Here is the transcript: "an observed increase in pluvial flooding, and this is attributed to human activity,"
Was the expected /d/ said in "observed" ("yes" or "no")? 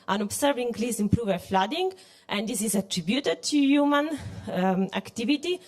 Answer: no